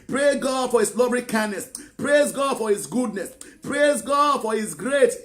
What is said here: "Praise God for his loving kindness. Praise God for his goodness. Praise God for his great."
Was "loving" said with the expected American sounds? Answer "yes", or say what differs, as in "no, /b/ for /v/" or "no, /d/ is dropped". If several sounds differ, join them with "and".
no, /b/ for /v/